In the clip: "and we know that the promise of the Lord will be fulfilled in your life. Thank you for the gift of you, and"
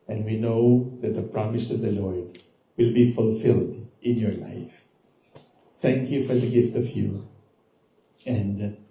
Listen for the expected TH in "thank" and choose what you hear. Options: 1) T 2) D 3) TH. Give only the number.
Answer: 1